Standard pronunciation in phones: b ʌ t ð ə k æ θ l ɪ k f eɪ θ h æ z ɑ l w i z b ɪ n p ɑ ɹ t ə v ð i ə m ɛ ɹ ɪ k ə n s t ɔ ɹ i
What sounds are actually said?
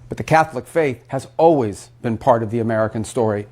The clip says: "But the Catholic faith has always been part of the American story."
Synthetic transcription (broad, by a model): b ʌ t ð ə k æ θ l ɪ k f eɪ θ h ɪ z ɑ l w i z b ɪ n p ɑ ɹ t ə v ð i ə m ɛ ɹ ɪ k ə n s t ɔ ɹ i